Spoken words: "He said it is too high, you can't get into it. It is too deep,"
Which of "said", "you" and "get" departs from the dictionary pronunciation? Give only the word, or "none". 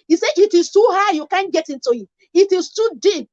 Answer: said